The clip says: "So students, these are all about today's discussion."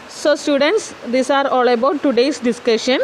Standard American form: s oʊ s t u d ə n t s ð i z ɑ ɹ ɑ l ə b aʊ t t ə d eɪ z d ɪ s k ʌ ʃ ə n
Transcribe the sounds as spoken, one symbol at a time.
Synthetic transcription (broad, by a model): s oʊ s t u d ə n t s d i s ɑ ɹ ɑ l ə b aʊ t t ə d eɪ s d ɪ s k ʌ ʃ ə n